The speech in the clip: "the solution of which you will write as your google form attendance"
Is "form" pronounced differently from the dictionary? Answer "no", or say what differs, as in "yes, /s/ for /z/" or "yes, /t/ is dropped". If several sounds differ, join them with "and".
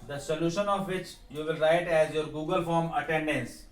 no